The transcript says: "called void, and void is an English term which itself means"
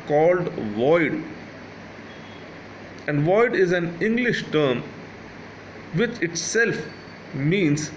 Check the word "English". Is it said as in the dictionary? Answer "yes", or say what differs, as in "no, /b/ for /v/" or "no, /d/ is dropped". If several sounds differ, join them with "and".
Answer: yes